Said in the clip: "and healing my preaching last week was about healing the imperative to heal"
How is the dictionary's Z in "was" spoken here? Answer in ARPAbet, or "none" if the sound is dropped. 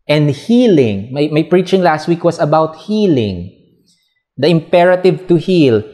S